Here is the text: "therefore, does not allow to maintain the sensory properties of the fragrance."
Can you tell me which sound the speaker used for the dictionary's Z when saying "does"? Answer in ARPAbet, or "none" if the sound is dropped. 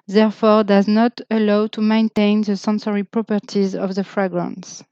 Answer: Z